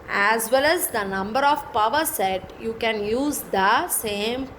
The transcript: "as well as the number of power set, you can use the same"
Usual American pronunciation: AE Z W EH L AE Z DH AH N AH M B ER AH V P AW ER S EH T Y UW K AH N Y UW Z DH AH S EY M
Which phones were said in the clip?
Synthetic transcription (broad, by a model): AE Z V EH L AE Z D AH N AH M B ER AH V P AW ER S EH T Y UW K AH N Y UW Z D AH S EY M